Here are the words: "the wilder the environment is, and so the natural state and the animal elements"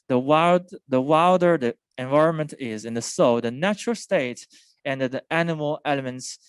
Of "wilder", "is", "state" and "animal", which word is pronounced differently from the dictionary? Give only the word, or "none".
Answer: none